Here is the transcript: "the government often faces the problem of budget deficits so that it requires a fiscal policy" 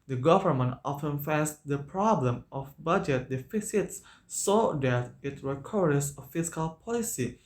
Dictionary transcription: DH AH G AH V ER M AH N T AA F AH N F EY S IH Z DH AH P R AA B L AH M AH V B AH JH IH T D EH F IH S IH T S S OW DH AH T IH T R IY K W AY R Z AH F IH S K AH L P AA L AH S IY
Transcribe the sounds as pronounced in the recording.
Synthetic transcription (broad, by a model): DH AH G AH V ER M AH N T AA F AH N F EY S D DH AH P R AA B L AH M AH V B AH JH IH T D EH F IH S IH T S S OW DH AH T IH T R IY K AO R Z AH F IH S K AH L P AA L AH S IY